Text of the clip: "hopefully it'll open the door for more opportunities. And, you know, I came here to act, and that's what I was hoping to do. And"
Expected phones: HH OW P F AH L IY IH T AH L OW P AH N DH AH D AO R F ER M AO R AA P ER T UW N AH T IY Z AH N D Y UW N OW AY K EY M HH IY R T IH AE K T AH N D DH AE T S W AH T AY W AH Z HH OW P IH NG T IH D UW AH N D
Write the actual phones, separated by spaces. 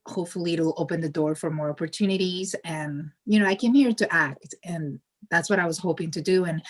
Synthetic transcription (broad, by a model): HH OW P F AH L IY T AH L OW P AH N DH AH D AO R F ER M AO R AA P ER T UW N AH T IY Z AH N Y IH N OW AY K EY M HH IY R T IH AE K T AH N DH AE T S W AH T AY W AH Z HH OW P IH NG T IH D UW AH N